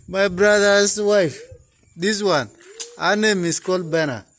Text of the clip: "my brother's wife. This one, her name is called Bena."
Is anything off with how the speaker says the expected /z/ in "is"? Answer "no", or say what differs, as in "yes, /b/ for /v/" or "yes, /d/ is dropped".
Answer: yes, /s/ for /z/